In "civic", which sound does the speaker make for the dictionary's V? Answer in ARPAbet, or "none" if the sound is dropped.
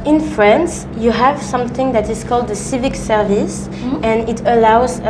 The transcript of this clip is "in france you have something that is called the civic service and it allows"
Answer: V